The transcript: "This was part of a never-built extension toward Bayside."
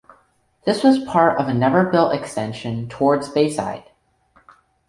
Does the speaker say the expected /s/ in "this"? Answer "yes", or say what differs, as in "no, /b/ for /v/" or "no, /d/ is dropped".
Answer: yes